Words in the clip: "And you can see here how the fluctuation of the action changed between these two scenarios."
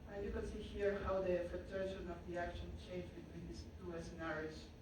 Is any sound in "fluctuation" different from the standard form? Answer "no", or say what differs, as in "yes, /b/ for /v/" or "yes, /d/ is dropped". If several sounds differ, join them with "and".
yes, /l/ is dropped